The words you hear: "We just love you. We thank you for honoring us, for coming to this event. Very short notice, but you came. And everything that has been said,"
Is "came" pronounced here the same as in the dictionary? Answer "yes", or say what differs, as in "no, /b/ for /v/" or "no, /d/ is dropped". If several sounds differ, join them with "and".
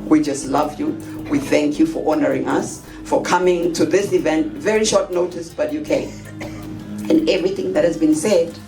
no, /m/ is dropped